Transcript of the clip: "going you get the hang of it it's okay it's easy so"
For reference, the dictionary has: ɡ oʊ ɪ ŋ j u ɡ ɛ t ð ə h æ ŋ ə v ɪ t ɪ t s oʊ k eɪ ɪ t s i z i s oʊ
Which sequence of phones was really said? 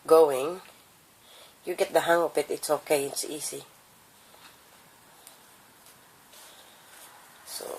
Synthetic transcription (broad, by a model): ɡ oʊ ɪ ŋ j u ɡ ɛ t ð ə h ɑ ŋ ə p ɪ t ɪ t s oʊ k eɪ ɪ t s i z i s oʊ